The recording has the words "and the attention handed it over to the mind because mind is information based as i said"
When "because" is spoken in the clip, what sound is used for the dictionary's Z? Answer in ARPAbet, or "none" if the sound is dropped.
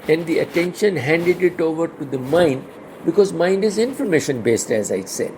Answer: Z